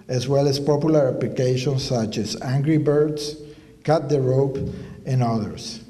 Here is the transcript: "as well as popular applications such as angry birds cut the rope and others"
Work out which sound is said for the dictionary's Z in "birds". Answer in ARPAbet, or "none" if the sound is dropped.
S